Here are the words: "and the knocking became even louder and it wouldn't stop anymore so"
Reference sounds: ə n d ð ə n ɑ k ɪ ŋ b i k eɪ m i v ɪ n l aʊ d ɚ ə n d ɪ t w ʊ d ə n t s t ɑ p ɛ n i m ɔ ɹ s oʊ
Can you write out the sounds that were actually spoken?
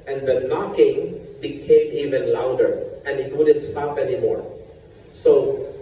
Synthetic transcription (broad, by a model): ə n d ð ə n ɑ k ɪ ŋ b i k eɪ m i v ɪ n l aʊ d ɚ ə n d ɪ t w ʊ d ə n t s t ɑ p ɛ n i m ɔ ɹ s oʊ